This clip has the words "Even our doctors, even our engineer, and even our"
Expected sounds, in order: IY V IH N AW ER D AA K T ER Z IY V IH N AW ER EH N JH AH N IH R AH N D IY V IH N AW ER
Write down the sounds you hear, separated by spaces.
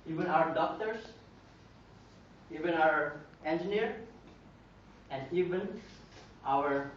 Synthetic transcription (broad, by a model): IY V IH N AW ER D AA K T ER S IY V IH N AW ER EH N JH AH N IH R AH N D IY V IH N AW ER